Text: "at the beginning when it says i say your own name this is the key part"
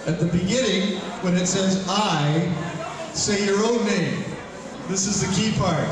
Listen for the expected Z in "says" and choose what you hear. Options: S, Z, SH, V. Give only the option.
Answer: Z